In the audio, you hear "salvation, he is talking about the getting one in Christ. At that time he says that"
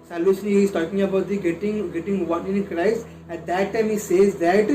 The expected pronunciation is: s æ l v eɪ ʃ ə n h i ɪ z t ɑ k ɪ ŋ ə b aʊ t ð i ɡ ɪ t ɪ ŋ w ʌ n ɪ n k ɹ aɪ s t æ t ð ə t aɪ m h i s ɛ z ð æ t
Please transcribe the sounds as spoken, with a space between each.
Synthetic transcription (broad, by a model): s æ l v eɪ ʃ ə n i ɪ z t ɑ k ɪ ŋ ə b aʊ t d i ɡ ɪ t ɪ ŋ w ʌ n ɪ n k ɹ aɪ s æ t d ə t aɪ m h i s ɛ z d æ t